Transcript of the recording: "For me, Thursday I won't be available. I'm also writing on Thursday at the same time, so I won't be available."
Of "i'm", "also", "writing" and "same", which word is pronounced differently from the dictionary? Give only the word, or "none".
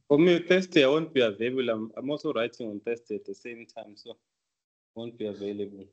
also